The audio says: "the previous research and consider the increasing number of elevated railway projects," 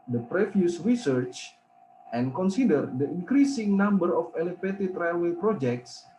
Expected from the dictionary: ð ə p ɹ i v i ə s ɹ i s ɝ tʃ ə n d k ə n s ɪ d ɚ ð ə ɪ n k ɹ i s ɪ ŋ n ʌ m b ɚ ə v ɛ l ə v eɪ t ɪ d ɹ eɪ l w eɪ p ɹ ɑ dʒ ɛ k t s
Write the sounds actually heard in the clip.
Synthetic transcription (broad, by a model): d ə p ɹ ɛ f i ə s ɹ i s ɝ tʃ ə n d k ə n s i d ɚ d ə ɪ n k ɹ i s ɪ ŋ n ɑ m b ɚ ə f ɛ l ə f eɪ t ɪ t ɹ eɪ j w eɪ p ɹ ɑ dʒ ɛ k t s